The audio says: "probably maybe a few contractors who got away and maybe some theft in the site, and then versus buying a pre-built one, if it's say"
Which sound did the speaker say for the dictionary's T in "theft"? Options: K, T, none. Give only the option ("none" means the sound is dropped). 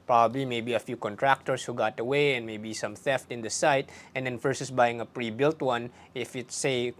T